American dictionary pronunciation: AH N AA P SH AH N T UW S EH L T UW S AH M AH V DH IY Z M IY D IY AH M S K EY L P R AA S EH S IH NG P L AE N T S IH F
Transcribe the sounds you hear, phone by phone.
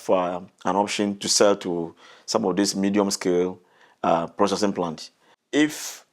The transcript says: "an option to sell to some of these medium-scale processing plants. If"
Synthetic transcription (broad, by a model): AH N AA P SH AH N T UW S EH L T UW S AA M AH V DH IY S M IY D IY AH M S K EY L P R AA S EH S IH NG P L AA N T IH F